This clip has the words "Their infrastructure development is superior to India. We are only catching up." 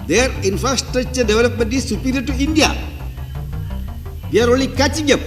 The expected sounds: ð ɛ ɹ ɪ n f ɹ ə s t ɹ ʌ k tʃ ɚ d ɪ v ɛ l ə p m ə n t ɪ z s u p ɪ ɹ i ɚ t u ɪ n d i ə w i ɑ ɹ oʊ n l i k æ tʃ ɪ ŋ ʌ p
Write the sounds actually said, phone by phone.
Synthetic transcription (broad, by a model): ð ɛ ɹ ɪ n f ɹ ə s t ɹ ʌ k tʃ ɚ d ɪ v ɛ l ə p m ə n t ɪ s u p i ɹ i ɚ t u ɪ n d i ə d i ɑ ɹ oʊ l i k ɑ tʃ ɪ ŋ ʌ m